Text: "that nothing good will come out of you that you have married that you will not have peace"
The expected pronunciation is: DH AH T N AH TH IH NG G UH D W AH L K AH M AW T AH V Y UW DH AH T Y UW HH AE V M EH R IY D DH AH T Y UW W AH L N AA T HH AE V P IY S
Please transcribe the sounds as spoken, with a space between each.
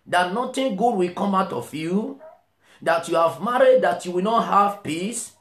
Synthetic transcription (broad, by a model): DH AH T N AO T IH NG G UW D W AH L K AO M AW T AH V Y UW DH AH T Y UW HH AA V M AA R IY D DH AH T Y UW W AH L N AA T HH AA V P IY S